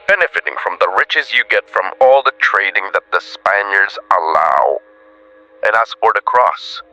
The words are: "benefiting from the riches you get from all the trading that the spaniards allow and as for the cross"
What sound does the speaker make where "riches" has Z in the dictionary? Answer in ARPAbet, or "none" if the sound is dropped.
Z